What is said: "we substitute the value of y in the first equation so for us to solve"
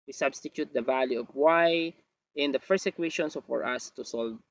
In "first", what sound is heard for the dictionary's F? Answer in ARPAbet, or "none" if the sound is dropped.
P